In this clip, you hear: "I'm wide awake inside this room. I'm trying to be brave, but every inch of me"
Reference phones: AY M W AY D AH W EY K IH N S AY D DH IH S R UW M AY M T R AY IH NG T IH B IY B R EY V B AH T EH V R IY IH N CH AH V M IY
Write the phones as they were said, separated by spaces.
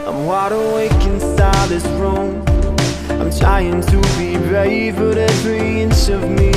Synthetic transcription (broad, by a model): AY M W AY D AH W EY K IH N S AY DH IH S R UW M AY M T R AY IH NG T IH B IY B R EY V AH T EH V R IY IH N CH AH V M IY